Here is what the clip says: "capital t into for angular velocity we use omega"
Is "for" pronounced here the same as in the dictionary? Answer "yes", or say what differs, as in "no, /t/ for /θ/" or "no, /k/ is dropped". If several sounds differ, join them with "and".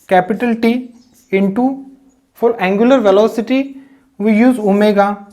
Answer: no, /l/ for /ɹ/